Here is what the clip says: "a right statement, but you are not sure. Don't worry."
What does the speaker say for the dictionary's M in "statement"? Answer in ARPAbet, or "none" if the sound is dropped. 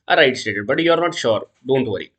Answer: none